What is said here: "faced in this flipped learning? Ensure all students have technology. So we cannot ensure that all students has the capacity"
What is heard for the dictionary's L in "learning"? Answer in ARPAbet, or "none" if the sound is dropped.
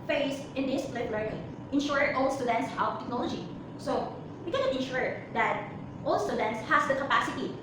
L